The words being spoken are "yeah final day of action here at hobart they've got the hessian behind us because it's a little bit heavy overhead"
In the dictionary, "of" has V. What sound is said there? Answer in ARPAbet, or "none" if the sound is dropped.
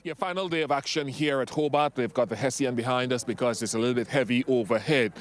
V